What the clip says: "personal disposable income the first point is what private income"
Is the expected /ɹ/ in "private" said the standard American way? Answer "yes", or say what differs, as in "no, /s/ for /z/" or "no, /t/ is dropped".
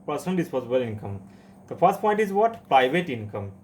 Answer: yes